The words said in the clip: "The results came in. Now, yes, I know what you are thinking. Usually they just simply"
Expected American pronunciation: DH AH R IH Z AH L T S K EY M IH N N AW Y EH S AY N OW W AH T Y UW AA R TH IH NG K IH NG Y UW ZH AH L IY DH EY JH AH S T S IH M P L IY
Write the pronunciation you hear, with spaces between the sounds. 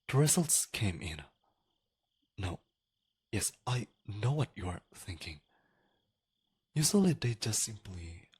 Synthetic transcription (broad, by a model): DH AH R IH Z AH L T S K EY M IH N N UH Y EH S AY N OW W AH T Y UW AA R TH IH NG K IH NG Y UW S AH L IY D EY JH AH S T S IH M P L IY